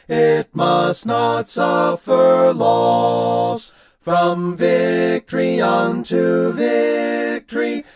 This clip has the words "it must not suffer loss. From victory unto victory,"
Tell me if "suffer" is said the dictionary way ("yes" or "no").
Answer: yes